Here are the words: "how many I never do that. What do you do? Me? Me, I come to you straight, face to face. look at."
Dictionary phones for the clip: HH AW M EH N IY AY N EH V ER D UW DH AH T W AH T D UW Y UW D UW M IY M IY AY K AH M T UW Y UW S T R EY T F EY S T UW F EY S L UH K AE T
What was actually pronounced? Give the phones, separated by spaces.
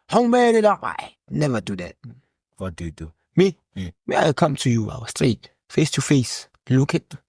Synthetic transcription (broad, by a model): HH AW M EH L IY AY N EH V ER D UW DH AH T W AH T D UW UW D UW M IY M IY AY K AH M T UW Y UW S T R EY T F EY S T UW F EY S L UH K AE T